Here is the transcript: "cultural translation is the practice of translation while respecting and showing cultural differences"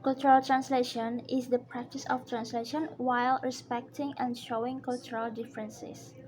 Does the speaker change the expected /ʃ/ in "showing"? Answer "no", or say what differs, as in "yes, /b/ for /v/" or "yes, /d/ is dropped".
no